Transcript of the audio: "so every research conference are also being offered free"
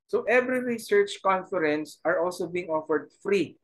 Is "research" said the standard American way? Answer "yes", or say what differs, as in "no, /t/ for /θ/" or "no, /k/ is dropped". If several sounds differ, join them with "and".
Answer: yes